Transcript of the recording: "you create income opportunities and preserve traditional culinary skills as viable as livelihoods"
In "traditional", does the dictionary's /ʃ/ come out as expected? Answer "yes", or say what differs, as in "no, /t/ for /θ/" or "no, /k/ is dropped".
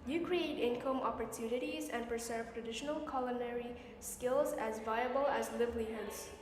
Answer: yes